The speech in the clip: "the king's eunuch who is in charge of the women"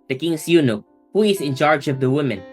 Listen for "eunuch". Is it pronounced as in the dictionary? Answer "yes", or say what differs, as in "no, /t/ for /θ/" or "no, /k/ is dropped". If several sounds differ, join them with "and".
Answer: yes